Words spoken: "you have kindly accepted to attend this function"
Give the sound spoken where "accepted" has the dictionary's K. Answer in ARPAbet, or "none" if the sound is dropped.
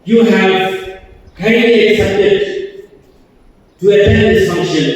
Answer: K